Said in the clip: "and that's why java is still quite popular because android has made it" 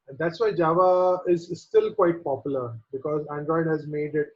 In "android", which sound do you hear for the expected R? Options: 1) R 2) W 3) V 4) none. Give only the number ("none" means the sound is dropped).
1